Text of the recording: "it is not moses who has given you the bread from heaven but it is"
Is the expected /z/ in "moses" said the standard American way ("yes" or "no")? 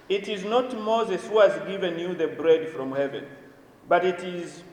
yes